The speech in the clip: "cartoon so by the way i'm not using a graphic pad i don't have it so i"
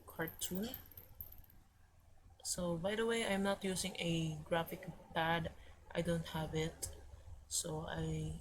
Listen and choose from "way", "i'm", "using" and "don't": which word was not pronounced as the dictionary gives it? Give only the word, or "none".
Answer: using